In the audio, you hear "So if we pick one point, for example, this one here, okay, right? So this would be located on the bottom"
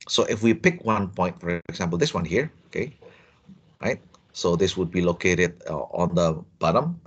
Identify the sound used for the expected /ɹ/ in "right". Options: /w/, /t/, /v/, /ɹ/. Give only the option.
/ɹ/